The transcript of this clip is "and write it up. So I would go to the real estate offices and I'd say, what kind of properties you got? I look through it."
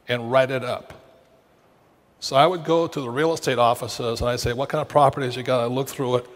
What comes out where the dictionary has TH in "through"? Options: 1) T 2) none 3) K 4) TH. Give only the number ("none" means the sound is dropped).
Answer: 4